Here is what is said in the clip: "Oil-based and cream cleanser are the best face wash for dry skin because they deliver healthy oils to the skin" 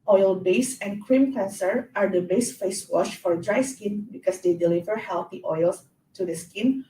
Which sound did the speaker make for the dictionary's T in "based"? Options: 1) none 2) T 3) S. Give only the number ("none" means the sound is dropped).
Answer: 1